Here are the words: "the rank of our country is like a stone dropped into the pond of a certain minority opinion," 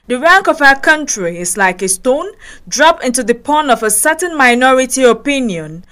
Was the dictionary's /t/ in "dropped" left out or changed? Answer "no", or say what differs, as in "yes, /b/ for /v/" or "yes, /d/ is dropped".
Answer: yes, /t/ is dropped